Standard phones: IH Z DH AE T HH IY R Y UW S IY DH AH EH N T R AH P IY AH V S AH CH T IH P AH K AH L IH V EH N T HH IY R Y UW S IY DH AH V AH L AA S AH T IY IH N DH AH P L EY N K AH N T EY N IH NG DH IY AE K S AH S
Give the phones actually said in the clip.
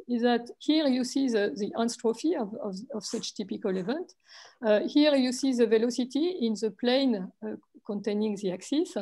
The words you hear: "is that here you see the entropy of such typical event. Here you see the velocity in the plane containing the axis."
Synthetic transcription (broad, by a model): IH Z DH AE T HH IY R Y UW S IY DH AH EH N T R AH F IY AH V S AH CH T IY P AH K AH L IH V EH N T HH IY R Y UW S IY DH AH V AH L AA S AH T IY IH N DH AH P L EY N K AH N T EY N IH NG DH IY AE K S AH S